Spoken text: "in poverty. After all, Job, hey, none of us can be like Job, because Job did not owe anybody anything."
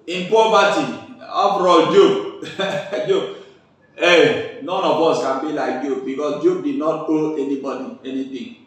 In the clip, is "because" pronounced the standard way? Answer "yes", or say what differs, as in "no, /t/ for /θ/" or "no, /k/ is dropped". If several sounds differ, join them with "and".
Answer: no, /s/ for /z/